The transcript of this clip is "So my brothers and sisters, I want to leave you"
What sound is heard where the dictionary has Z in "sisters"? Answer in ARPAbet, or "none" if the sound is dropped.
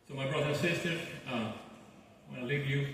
none